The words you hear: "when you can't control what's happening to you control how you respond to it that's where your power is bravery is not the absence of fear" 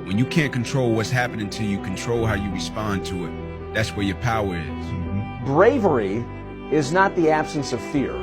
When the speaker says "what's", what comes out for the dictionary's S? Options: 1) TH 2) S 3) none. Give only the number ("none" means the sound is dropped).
2